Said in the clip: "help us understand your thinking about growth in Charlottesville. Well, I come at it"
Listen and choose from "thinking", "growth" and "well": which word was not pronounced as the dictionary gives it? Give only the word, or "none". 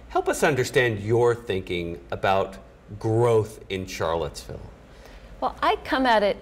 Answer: none